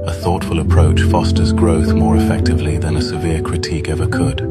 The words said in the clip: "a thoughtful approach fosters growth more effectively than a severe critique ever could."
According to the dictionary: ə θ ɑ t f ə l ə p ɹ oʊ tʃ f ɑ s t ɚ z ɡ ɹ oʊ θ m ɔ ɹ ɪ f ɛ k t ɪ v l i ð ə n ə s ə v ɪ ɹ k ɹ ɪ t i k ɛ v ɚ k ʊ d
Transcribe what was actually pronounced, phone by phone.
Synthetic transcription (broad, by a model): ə θ ɑ t f ə l ə p ɹ oʊ tʃ f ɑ s t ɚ z ɡ ɹ oʊ θ m ɔ ɹ ɪ f ɛ k t ɪ v l i ð ə n ə s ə v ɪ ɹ k ɹ ɪ t i k ɛ v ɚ k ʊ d